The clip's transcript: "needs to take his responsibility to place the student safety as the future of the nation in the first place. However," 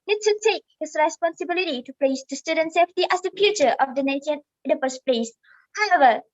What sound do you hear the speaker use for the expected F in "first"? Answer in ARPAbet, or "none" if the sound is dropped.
P